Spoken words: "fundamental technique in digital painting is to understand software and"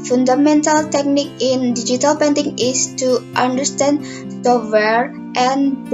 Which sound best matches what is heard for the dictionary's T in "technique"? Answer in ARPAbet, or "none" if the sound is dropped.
T